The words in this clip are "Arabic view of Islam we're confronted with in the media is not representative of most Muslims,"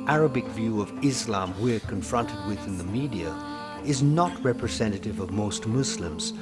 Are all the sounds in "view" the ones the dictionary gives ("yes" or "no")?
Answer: yes